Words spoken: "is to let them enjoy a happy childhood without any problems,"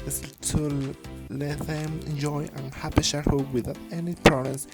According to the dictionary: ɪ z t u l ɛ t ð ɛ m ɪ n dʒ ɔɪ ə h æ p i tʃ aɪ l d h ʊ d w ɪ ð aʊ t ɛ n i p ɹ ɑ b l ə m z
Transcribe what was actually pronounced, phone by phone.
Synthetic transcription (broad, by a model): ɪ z t u l ɛ t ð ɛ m ɪ n dʒ ɔɪ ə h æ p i ʃ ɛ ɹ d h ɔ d w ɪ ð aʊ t ɛ n i p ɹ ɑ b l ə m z